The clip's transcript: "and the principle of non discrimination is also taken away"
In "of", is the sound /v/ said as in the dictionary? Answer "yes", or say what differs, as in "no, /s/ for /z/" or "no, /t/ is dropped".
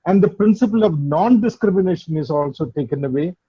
yes